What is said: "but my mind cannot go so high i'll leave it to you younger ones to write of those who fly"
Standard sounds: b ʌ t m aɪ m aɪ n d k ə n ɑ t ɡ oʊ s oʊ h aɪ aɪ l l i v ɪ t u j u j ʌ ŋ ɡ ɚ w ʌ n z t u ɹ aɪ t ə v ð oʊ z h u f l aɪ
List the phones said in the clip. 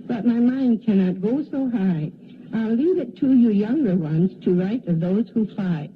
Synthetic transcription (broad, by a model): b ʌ t m aɪ m aɪ n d k ə n ɑ t ɡ oʊ s oʊ h aɪ aɪ l l i v ɪ t u j u j ʌ ŋ ɡ ɚ w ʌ n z t u ɹ aɪ t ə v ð oʊ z h u f l aɪ